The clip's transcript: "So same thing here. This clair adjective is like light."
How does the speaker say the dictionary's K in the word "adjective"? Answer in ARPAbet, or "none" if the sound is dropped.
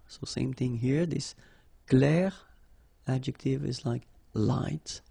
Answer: K